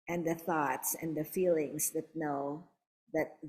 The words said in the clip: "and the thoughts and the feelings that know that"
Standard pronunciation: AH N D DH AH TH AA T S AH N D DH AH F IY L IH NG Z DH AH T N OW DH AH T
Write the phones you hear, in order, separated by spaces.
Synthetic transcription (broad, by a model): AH N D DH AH TH AA T S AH N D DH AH F IY L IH NG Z DH AH T N OW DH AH T